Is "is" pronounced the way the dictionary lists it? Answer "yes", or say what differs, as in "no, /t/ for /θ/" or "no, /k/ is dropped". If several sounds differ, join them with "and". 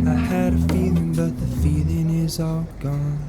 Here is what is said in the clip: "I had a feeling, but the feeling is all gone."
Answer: yes